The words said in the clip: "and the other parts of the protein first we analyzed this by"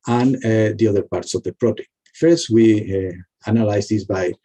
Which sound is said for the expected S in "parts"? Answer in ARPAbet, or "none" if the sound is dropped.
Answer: S